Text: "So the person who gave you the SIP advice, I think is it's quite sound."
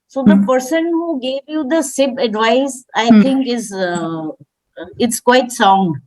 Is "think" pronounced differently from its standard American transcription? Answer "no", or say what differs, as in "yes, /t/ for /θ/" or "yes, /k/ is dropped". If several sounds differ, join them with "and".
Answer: yes, /t/ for /θ/